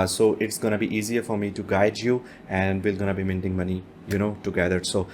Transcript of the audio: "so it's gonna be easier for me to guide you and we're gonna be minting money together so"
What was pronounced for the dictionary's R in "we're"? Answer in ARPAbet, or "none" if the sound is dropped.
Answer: L